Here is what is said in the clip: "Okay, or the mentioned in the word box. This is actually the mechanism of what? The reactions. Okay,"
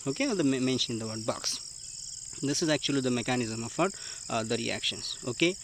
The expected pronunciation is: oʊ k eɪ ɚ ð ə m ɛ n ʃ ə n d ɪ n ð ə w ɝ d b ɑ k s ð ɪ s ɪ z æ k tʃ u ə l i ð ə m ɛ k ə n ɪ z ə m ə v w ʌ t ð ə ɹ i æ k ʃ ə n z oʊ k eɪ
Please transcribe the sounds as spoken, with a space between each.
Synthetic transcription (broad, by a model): oʊ k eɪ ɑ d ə m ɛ n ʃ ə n ɪ n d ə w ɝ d b ɑ k s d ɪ s ɪ z æ k tʃ u ə l i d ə m ɛ k ə n ɪ z ə m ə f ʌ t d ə ɹ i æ k ʃ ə n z oʊ k eɪ